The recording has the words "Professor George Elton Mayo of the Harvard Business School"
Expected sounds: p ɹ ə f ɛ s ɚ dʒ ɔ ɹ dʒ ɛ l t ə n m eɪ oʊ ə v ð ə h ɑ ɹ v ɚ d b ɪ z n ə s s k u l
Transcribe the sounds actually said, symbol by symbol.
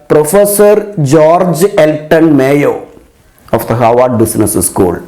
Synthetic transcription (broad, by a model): p ɹ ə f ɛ s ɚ dʒ ɔ ɹ dʒ ɛ l t ə n m eɪ oʊ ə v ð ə h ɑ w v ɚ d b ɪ s n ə s s k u l